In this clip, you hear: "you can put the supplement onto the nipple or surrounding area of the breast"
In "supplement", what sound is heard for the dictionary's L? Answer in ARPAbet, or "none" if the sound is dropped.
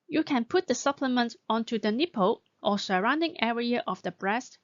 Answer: L